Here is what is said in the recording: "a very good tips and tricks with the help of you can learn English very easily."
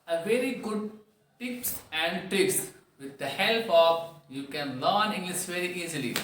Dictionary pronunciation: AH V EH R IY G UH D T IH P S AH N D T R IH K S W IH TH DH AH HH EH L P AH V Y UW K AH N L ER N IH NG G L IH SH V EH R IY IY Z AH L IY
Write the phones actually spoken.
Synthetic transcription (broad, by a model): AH V EH R IY G UH D T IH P S AH N D T IH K S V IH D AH HH EH L P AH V Y UW K AH N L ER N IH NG G L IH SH V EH R IY IY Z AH L IY